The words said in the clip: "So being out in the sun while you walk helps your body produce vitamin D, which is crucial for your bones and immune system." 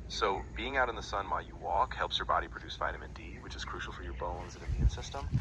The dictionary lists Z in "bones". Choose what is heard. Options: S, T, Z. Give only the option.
Z